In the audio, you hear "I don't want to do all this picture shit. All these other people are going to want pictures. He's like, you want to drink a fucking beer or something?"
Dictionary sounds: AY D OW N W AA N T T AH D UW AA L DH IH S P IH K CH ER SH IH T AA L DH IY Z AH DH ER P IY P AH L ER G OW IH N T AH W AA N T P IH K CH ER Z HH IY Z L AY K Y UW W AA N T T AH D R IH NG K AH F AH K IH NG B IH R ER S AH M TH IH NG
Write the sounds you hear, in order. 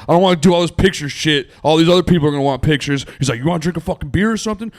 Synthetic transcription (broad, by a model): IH D OW N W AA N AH D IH AA L DH IH S P IH K CH ER SH IH T AA L DH IY Z AH DH ER P IY P L ER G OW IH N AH W AA N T P IH K CH ER Z HH IY Z L AY K Y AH W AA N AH D R IH NG K AH F AH K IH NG B IH R ER S AH M TH IH NG